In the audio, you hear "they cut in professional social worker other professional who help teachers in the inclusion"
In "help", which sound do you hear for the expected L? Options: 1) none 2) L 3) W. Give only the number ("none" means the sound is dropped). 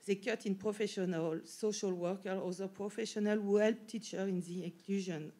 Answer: 2